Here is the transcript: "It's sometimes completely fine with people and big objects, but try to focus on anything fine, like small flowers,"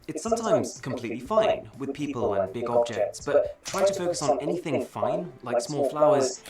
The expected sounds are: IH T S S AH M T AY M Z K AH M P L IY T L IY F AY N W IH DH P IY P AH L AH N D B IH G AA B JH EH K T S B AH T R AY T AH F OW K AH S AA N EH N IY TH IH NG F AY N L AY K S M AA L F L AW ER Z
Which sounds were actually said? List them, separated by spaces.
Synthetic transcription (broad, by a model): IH T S S AH M T AY M Z K AH M P L IY T L IY F AY N W IH DH P IY P AH L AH N B IH G AA B JH EH K T S B AH T R AY T AH F OW K AH S N EH N IY TH IH NG F AY N L AY K S M AA L F L AW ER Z